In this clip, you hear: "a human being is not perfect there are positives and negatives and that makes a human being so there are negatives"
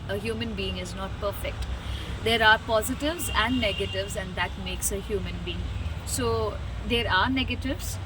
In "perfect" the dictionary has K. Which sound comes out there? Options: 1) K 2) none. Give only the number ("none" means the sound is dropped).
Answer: 1